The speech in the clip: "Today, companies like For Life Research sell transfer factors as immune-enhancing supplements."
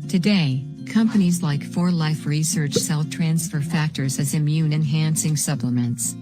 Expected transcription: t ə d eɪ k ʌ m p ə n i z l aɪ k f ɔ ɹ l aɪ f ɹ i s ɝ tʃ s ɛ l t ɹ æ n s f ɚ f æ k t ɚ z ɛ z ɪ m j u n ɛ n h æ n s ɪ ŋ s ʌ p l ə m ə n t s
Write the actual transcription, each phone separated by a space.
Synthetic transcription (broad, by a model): t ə d eɪ k ʌ m p ə n i z l aɪ k f ɔ ɹ l aɪ f ɹ i s ɝ tʃ s ɛ l t ɹ æ n s f ɚ f æ k t ɚ z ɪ z ɪ m j u n ɛ n h æ n s ɪ ŋ s ʌ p l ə m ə n t s